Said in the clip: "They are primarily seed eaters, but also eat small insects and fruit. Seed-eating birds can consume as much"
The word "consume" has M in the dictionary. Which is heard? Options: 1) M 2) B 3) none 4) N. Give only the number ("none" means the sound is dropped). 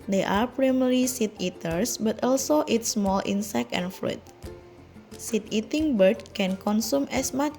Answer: 1